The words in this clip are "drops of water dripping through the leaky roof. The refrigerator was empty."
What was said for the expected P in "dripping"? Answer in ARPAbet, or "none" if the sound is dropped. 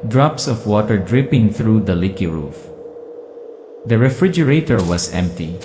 P